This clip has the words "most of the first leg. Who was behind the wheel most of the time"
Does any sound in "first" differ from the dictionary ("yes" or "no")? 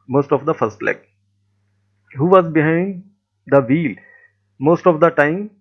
no